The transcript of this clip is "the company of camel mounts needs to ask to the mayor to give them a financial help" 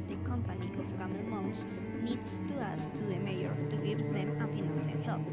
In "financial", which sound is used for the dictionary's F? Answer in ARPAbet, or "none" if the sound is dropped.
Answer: P